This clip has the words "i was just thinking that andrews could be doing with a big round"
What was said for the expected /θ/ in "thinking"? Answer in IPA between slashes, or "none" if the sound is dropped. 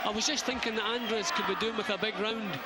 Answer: /θ/